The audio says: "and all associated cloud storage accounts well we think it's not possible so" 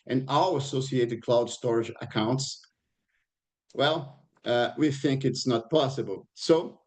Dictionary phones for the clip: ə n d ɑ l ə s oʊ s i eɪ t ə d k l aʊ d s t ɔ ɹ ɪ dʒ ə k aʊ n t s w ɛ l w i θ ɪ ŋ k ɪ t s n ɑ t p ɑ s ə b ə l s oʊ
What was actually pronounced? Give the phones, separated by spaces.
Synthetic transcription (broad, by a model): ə n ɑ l ə s oʊ s i eɪ t ə d k l aʊ d s t ɔ ɹ ɪ dʒ ə k aʊ n t s w ɛ l w i θ ɪ ŋ k ɪ t s n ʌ t p ɑ s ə b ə l s oʊ